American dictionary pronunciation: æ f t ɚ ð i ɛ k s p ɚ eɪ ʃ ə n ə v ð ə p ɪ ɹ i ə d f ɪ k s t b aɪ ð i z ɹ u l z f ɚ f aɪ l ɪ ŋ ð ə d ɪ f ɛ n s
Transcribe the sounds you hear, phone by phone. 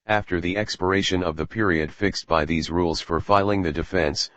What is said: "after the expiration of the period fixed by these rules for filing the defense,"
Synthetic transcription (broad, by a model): æ f t ɚ ð i ɛ k s p ɚ eɪ ʃ ə n ə v ð ə p ɪ ɹ i ə d f ɪ k s t b aɪ ð i z ɹ u l z f ɚ f aɪ l ɪ ŋ ð ə d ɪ f ɛ n s